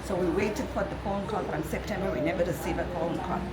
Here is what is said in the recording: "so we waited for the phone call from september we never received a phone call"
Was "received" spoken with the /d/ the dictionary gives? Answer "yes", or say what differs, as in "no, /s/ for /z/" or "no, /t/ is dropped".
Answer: no, /d/ is dropped